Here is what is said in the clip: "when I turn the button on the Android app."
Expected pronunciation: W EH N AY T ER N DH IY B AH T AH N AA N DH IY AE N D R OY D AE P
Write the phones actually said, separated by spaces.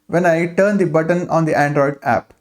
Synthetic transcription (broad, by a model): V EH N AY T ER N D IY B AH T AH N AA N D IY AE N D R OY D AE P